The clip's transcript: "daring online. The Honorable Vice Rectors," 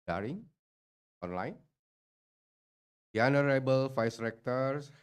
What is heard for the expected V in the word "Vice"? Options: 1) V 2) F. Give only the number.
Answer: 2